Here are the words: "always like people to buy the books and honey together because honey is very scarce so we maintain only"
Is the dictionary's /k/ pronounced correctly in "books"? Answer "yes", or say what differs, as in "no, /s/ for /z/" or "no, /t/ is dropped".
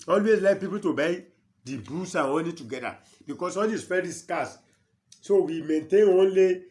no, /k/ is dropped